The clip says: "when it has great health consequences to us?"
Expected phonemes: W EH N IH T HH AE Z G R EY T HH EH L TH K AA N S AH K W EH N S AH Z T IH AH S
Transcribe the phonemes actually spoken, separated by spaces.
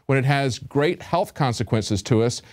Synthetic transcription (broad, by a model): W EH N IH T HH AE Z G R EY T HH EH L TH K AA N S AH K W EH N S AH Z T IH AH S